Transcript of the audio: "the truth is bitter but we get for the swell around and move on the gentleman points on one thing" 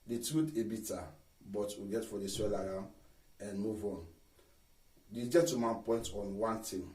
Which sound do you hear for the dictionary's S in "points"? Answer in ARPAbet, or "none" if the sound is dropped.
none